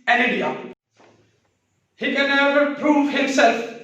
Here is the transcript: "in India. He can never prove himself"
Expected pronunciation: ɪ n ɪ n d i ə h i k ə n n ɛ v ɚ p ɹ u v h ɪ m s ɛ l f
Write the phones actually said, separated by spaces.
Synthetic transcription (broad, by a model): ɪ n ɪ d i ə h i k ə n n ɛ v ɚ p ɹ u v h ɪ m s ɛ l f